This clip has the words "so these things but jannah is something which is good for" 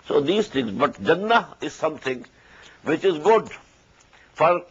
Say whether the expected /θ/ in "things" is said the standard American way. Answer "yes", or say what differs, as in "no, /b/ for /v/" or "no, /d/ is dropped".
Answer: no, /t/ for /θ/